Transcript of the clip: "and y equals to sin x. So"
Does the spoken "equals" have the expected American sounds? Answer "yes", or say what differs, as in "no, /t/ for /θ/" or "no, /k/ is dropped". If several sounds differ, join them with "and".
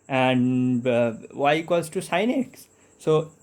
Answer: no, /l/ is dropped